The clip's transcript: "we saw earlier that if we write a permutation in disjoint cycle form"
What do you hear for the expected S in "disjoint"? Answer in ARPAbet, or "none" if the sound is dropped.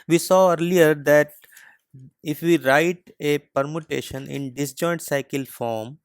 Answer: S